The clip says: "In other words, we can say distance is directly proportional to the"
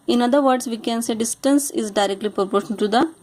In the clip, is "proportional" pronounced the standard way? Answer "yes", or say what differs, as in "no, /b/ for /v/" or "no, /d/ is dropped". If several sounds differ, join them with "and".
no, /n/ is dropped and /n/ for /l/